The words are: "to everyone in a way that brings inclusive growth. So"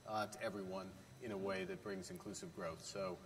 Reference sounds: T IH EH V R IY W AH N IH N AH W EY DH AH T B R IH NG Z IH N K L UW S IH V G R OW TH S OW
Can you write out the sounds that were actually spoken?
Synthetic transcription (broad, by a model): T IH EH V R IY W AH N IH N AH W EY DH AH T B R IH NG Z IH N K L UW S IH V G R OW TH S OW